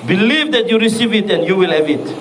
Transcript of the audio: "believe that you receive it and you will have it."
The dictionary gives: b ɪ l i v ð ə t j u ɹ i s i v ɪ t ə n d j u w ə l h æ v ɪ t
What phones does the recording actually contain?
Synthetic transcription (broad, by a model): b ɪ l i v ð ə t j u ɹ i s i v ɪ t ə n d j u w ə l h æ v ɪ t